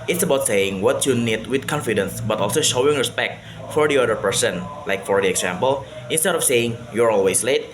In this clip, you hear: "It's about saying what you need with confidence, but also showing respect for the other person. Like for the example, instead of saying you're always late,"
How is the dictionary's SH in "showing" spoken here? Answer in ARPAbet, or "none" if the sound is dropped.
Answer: SH